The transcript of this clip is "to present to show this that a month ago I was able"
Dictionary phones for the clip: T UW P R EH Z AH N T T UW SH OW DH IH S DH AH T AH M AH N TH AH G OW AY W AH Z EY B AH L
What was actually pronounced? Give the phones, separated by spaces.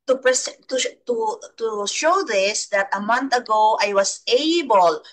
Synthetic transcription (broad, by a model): T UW P R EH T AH T T UW SH OW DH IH S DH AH T AH M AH N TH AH G OW AY W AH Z EY B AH L